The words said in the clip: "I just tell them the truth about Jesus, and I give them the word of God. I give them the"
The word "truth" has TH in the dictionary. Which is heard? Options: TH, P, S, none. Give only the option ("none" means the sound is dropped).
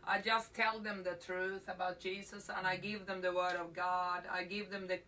TH